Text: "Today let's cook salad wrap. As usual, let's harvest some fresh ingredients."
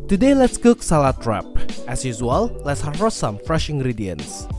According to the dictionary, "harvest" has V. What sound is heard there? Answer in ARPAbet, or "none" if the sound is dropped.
none